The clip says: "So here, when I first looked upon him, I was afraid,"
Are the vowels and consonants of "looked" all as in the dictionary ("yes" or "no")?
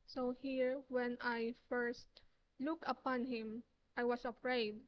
no